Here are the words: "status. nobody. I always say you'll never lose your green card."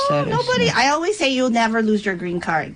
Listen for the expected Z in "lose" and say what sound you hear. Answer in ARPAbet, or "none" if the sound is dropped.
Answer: Z